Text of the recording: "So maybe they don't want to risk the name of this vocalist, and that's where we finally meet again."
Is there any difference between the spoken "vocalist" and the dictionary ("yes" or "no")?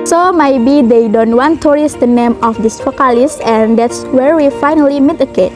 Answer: yes